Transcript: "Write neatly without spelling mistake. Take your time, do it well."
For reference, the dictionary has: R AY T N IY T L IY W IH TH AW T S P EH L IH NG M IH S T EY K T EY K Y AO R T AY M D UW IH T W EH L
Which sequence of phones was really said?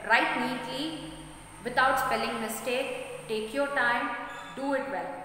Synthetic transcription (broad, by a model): R AY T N IY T L IY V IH T AW T S P EH L IH NG M IH S T EY K T EY K Y AO R T AY M D UW IH T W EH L